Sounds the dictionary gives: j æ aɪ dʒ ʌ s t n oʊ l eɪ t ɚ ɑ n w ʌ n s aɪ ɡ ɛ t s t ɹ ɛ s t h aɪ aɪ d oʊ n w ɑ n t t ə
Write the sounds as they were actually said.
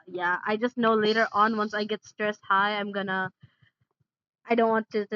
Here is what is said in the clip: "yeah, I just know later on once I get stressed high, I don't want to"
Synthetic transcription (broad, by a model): j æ aɪ dʒ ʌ s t n oʊ l eɪ t ɚ ɑ n w ʌ n s aɪ ɡ ɛ t s t ɹ ɛ s t h aɪ aɪ d oʊ n w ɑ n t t